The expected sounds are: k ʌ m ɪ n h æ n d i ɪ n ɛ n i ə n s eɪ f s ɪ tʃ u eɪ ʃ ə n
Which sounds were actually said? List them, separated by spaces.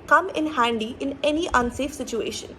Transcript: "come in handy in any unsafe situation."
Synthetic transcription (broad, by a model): k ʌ m ɪ n h æ n d i ɪ n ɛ n i ə n s eɪ f s ɪ tʃ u eɪ ʃ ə n